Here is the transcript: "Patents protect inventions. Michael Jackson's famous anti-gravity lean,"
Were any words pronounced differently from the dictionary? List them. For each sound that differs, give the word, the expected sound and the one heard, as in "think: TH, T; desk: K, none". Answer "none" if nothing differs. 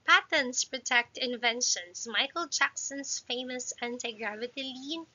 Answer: none